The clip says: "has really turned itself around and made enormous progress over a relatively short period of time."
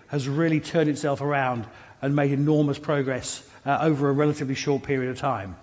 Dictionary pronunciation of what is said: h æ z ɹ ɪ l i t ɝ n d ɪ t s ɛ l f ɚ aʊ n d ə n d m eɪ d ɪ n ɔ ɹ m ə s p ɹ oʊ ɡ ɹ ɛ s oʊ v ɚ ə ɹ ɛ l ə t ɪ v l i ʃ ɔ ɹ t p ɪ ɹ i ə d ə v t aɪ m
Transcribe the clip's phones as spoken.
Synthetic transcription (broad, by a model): h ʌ z ɹ ɪ l i t ɝ n d ɪ t s ɛ l f ɚ aʊ n d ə n m eɪ d ɪ n ɔ ɹ m ə s p ɹ oʊ ɡ ɹ ɛ s oʊ v ɚ ə ɹ ɛ l ə t ɪ v l i ʃ ɔ ɹ t p ɪ ɹ i ə d ə v t aɪ m